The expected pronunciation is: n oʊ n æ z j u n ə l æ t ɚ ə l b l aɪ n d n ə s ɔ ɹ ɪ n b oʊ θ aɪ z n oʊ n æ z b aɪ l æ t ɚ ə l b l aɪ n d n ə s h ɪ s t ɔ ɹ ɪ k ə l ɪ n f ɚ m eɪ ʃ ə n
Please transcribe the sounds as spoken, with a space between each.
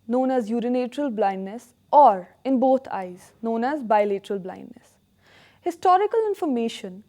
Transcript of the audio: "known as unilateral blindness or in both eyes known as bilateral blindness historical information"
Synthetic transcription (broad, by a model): n oʊ n æ z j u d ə n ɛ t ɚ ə l b l aɪ n d n ə s ɔ ɹ ɪ n b oʊ t aɪ z n oʊ n æ z b aɪ l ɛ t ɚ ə l b l aɪ n d n ə s h ɪ s t ɔ ɹ ɪ k ə l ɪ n f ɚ m eɪ ʃ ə n